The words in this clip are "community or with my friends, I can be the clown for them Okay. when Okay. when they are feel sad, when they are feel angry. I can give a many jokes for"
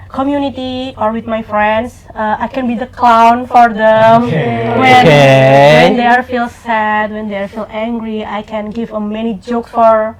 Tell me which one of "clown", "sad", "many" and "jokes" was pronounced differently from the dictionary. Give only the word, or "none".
none